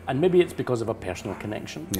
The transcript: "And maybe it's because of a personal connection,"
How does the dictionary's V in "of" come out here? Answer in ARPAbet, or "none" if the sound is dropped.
V